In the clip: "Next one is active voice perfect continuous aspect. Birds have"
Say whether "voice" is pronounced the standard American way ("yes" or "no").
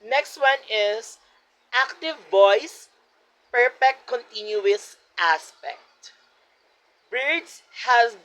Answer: yes